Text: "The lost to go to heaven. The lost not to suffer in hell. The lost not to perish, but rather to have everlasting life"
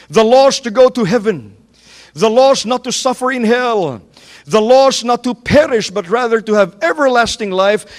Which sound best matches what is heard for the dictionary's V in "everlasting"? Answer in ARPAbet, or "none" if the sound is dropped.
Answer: V